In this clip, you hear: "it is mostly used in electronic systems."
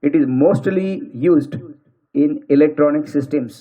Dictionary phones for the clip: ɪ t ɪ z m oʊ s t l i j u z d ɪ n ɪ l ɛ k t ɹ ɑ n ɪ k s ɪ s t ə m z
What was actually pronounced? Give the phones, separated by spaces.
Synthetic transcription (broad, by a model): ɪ t ɪ z m oʊ s t l i j u z d ɪ n ɪ l ɛ k t ɹ ɑ n ɪ k s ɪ s t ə m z